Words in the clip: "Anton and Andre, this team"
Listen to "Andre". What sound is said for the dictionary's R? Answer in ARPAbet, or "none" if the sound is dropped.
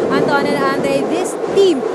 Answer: none